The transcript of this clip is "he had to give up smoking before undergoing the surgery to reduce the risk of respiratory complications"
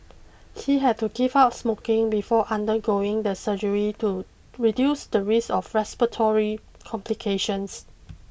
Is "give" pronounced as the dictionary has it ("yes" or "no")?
no